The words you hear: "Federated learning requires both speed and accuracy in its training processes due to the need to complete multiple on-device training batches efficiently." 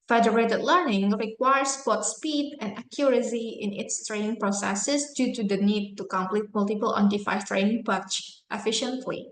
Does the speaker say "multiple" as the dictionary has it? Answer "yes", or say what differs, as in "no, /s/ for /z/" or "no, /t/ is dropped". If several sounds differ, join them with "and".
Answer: yes